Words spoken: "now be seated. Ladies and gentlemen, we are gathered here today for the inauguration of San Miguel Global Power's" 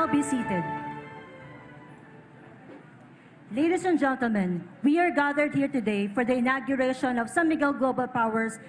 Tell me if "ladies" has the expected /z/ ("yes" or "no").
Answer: no